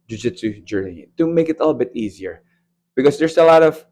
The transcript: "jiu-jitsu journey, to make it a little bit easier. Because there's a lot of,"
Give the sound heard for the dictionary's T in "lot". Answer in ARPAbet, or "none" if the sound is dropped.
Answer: T